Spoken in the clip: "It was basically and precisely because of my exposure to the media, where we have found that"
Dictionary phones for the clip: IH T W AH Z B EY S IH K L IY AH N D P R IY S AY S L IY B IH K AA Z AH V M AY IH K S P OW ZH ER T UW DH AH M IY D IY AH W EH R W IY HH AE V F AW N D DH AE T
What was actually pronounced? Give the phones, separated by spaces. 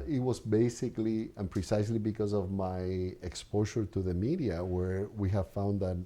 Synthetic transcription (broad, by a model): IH T W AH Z B EY S IH K L IY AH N P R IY S AY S L IY B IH K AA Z AH V M AY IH K S P OW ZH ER T UW DH AH M IY D IY AH W EH R W IY HH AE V F AW N D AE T